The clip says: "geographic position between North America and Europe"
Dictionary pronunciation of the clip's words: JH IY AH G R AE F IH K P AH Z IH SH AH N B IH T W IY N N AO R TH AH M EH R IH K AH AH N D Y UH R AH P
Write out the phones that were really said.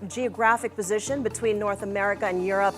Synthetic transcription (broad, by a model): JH IY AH G R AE F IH K P AH Z IH SH AH N B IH T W IY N N AO R TH AH M EH R IH K AH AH N Y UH R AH P